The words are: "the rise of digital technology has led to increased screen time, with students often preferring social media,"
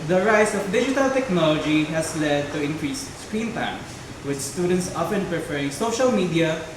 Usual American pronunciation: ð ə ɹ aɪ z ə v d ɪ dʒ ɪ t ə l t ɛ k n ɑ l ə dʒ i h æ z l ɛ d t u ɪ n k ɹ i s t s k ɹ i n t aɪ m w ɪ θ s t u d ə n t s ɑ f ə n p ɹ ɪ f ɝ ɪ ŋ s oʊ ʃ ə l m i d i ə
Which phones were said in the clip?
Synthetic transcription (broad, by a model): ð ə ɹ aɪ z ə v d ɪ dʒ ɪ t ə l t ɛ k n ɑ l ə dʒ i h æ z l ɛ d t u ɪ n k ɹ i s s k ɹ i n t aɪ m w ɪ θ s t u d ə n t s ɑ p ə n p ɹ ɪ f ɝ ɪ ŋ s oʊ ʃ ə l m i d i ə